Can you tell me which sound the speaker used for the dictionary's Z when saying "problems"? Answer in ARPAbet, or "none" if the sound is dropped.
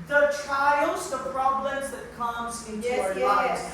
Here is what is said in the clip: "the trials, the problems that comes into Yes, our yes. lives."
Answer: Z